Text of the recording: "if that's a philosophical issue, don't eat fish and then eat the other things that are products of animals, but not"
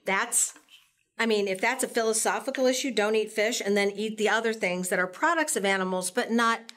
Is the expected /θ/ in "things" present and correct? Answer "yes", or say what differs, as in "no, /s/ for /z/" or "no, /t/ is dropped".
yes